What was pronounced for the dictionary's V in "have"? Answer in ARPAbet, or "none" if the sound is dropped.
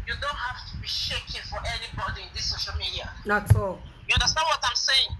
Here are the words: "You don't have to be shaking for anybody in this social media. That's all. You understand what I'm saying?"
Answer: F